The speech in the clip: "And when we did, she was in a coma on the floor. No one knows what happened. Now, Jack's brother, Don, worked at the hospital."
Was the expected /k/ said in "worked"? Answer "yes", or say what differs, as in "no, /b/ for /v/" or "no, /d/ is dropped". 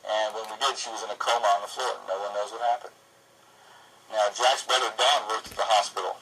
no, /k/ is dropped